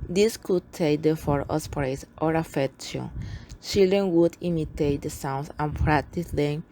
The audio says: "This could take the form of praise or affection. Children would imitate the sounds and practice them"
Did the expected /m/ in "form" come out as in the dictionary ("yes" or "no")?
no